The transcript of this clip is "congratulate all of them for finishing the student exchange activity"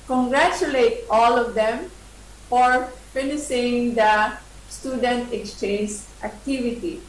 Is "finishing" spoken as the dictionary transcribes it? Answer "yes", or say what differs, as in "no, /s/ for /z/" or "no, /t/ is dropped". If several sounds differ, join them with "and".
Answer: no, /s/ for /ʃ/